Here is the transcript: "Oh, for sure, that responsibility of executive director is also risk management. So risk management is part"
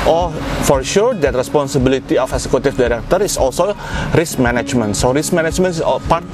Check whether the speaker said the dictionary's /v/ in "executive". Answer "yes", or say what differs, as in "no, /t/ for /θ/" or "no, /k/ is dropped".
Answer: no, /f/ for /v/